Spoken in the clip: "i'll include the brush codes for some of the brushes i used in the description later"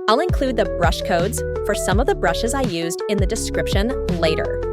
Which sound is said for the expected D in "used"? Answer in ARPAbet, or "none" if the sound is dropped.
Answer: D